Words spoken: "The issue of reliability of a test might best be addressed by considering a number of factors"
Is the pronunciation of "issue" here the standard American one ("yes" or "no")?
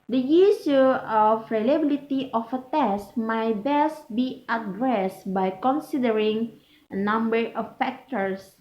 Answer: no